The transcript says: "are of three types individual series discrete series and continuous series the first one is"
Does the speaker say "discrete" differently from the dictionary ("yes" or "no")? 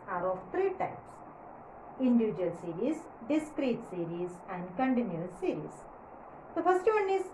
no